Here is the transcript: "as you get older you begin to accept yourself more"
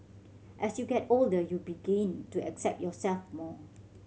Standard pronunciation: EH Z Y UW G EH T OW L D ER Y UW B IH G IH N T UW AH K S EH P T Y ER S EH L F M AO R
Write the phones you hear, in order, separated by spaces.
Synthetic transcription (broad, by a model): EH S Y UW G EH T OW L D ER Y UW B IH G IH N T UW AH K S EH P T Y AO S EH L F M AO